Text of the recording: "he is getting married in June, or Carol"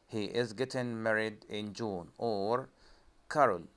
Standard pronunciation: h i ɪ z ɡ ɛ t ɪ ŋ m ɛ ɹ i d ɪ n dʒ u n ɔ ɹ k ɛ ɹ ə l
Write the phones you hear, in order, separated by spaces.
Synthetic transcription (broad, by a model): h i ɪ z ɡ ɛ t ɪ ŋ m ɛ ɹ i d ɪ n dʒ u n ɔ ɹ k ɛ ɹ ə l